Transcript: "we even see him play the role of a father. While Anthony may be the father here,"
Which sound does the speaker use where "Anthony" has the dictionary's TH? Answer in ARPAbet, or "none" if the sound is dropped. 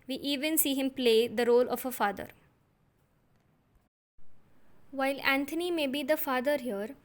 T